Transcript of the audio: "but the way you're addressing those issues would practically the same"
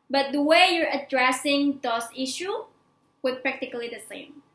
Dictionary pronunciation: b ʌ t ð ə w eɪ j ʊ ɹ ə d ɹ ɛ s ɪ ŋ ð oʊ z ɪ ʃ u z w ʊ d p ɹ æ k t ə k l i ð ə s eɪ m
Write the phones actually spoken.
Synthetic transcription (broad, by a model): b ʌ t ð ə w eɪ j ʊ ɹ ə d ɹ ɛ s ɪ ŋ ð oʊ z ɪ ʃ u w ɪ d p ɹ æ k t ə k l i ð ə s eɪ m